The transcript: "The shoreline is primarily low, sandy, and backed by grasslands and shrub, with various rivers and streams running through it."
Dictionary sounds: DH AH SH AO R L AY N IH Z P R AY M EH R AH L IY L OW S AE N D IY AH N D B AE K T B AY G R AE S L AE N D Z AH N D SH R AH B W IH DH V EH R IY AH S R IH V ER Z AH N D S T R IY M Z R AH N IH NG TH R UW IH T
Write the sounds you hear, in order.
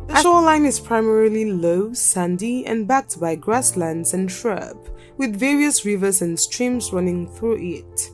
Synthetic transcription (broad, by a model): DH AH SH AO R L AY N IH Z P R AY M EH R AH L IY L OW S AE N D IY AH N B AE K T B AY G R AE S L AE N D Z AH N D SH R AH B W IH DH V EH R IY AH S R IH V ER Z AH N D S T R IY M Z R AH N IH NG TH R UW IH T